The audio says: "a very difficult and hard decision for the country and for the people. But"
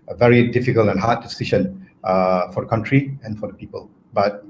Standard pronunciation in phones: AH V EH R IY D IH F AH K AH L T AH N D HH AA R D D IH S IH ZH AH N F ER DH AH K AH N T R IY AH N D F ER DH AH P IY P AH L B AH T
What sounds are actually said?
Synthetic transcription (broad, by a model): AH V EH R IY D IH F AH K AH L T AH N HH AA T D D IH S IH SH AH N F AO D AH K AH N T R IY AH N F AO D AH P IY P AH L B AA T